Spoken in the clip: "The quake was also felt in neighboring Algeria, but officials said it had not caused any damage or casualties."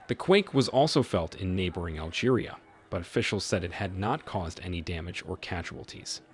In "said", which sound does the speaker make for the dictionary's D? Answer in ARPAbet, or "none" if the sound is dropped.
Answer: D